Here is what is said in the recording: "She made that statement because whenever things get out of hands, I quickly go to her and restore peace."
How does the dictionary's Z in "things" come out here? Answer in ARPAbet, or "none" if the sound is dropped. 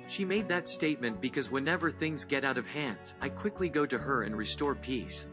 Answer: Z